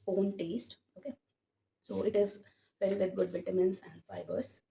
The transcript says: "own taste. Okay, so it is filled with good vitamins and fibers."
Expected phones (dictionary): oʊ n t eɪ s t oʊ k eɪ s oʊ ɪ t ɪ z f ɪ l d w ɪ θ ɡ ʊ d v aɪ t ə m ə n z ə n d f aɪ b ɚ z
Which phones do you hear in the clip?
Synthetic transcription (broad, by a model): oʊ n t eɪ s t oʊ k eɪ s oʊ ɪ t ɪ z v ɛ d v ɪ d ɡ ʊ d v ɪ t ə m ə n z ə n d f aɪ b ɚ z